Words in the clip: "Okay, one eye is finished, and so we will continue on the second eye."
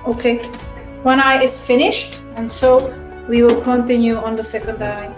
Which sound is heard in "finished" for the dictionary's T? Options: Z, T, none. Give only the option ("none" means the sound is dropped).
T